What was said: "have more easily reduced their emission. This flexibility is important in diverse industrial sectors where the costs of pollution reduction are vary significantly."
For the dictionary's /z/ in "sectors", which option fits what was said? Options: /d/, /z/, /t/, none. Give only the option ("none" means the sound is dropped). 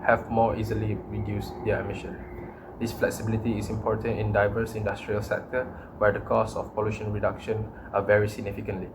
none